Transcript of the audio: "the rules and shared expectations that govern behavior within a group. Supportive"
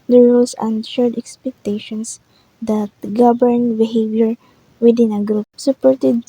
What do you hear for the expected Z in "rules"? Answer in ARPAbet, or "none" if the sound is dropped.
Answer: S